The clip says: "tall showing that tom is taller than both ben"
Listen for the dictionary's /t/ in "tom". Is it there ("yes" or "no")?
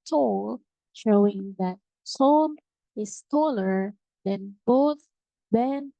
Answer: no